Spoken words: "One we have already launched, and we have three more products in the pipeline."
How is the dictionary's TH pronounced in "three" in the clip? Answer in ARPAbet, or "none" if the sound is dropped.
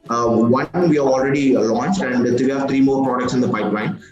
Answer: T